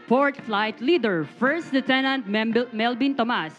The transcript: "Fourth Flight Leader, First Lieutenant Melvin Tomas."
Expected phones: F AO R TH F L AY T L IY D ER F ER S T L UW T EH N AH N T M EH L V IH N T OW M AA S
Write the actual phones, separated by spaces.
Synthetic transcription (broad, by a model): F AO R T F L AY T L IY D ER F ER S T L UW T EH N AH N T M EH L B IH N T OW M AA S